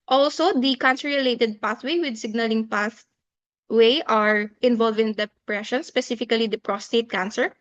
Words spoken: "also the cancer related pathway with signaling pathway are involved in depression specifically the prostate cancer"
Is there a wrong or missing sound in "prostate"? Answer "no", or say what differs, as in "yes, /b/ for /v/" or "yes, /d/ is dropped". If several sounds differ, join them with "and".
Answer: no